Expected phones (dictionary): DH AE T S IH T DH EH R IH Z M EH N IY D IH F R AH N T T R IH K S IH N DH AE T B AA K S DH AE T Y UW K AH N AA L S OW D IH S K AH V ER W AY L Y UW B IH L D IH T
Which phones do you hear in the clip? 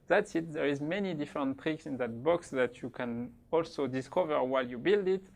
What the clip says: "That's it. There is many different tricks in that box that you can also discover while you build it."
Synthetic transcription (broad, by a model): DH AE T S IH T DH EH R IH Z M EH N IY D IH F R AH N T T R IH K S IH N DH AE T B AA K S DH AE T Y UW K AH N AA L S OW D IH S K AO V ER W AY L Y UW B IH L D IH T